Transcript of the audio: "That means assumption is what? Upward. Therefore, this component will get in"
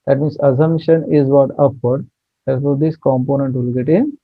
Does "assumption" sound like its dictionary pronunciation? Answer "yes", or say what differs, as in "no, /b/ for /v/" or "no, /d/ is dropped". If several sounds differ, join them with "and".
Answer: no, /p/ is dropped